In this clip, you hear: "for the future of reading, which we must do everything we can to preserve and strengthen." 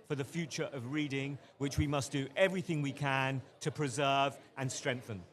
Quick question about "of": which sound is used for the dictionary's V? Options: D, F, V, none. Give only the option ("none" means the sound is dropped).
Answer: V